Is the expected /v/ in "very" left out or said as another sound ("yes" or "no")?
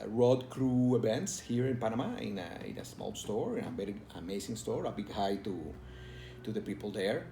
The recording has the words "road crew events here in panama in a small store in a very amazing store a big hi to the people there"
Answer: yes